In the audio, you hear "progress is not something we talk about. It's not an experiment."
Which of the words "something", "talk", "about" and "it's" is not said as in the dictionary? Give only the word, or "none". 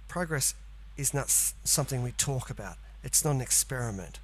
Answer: none